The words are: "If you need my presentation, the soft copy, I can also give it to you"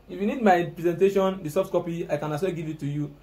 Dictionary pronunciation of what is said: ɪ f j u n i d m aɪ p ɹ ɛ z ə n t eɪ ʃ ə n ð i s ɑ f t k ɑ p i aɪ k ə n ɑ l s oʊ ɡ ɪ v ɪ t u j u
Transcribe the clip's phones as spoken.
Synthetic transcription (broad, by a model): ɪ f j u n i d m aɪ p ɹ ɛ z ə n t eɪ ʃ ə n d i s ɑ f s k ɑ p i aɪ k ə n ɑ s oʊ ɡ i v ɪ t u j u